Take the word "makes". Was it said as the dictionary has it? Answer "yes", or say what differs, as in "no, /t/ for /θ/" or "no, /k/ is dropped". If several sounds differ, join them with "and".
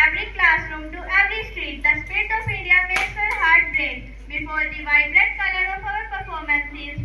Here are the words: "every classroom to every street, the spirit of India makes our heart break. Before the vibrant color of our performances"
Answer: no, /k/ is dropped